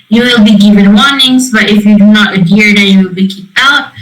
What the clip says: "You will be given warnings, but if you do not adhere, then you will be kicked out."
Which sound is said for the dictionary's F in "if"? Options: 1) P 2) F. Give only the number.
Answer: 2